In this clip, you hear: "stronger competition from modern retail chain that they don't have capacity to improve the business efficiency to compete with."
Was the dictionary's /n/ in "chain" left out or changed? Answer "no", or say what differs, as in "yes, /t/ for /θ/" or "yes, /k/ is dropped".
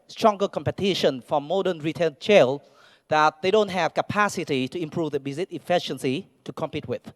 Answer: yes, /l/ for /n/